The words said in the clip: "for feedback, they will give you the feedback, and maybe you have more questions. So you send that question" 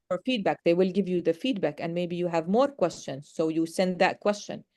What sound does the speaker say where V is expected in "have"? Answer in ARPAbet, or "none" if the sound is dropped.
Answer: V